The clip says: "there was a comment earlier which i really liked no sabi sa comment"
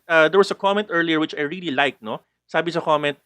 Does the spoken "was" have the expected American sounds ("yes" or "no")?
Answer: no